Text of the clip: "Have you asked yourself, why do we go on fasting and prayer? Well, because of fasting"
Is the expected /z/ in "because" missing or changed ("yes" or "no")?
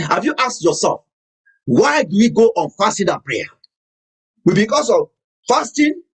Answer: yes